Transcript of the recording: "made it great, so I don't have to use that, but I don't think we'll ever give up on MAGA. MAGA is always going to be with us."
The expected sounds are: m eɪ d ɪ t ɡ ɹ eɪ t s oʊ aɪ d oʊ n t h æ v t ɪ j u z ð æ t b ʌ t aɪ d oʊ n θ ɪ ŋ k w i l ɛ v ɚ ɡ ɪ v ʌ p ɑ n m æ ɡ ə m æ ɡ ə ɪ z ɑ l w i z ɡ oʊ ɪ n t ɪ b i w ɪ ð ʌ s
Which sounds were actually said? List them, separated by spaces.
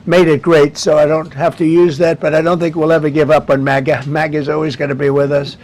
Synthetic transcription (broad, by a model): m eɪ d ɪ t ɡ ɹ eɪ t s oʊ aɪ d oʊ n t h æ f t ɪ j u z ð æ t b ʌ t aɪ d oʊ n θ ɪ ŋ k w i l ɛ v ɚ ɡ ɪ v ʌ p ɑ n m æ ɡ ə m æ ɡ ə ɪ z ɑ l w i z ɡ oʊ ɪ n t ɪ b i w ɪ ð ʌ s